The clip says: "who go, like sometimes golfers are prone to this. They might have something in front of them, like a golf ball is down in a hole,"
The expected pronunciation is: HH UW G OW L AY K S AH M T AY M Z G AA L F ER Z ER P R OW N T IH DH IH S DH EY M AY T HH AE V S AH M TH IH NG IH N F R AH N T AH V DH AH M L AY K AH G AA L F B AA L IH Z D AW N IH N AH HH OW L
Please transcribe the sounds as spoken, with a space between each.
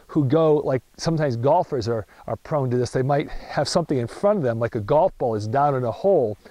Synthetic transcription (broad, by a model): HH UW G OW L AY K S AH M T AY M Z G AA L F ER Z ER P R OW N T IH DH IH S DH EY M AY T HH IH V S AH M TH IH NG IH N F R AH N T AH V DH AH M L AY K AH G AA L F B AA L IH Z D AW N IH N AH HH OW L